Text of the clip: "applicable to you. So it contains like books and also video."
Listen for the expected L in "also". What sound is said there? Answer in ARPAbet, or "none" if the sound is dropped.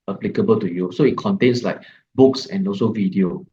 none